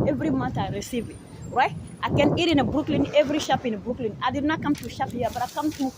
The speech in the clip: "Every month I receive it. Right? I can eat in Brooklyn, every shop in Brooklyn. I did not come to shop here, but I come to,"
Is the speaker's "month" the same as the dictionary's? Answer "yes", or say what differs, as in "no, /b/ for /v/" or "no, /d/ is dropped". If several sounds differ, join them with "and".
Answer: no, /t/ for /θ/